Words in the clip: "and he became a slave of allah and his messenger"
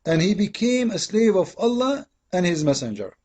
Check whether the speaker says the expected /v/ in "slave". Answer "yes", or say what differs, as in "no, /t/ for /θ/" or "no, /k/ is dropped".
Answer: yes